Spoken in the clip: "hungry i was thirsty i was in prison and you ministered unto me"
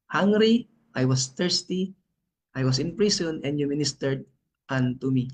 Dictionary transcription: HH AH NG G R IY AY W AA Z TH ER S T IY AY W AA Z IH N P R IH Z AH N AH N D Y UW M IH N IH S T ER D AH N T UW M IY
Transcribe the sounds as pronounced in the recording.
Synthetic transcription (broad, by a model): HH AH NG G R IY AY W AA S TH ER S T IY AY W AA S IH N P R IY S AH N AH N D Y UW M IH N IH S T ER D AH N T UW M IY